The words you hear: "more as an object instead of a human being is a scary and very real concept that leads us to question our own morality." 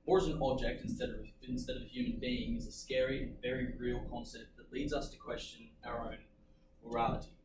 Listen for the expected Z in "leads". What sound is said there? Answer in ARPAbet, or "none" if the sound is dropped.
Z